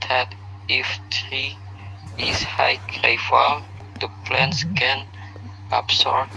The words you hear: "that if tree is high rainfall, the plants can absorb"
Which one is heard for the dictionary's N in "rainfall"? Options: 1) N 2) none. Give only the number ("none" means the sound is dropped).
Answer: 2